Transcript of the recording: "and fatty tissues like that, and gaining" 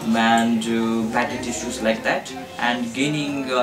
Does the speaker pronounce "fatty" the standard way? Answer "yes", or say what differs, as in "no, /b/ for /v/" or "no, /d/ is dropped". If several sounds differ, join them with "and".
no, /p/ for /f/